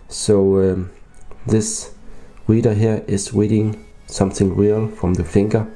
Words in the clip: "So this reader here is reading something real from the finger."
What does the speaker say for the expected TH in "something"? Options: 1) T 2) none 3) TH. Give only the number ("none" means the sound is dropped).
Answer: 3